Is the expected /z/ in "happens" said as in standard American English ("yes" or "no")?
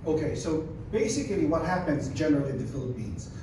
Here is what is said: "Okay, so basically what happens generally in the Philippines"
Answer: yes